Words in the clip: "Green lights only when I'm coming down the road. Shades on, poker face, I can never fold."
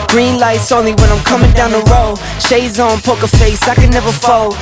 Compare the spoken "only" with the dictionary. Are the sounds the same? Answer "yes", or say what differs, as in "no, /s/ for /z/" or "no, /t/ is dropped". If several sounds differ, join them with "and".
yes